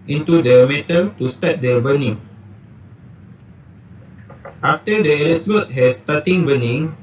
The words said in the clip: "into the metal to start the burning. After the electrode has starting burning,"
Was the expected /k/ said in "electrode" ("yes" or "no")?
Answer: no